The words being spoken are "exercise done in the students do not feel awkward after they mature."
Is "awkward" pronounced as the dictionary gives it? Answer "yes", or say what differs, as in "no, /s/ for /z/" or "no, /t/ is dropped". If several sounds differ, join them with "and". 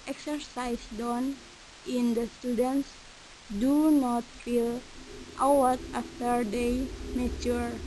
no, /k/ is dropped